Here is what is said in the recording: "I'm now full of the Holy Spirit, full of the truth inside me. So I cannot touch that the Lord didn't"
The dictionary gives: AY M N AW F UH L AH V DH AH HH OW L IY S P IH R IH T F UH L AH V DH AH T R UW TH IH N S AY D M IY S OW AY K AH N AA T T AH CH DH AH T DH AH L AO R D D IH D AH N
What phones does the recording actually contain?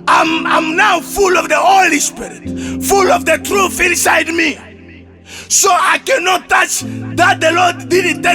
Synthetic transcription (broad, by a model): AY M N AW F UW L AH V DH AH HH OW L IY S P IH R IH T F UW L AH V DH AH T R UW TH IH N S AY D M IY S OW AY K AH N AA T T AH CH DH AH T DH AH L AO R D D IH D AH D